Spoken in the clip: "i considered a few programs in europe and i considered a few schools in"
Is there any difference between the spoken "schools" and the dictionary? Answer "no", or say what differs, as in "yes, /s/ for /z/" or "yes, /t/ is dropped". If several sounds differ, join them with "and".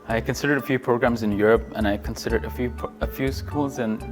no